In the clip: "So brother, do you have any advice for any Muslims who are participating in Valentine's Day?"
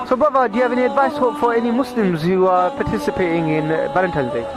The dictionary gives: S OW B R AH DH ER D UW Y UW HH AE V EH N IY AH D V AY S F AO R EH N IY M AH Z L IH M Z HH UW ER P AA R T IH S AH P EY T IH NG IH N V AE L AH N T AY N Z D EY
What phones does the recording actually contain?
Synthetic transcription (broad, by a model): S OW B AH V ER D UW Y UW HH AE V EH N IY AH D V AY S F AO R EH N IY M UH S L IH M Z HH UW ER P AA T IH S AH P EY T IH NG IH N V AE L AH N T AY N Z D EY